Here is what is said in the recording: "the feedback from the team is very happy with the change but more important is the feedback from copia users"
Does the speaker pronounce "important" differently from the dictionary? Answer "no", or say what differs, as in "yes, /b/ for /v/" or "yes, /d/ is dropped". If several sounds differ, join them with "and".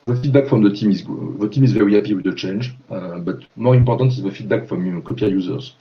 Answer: no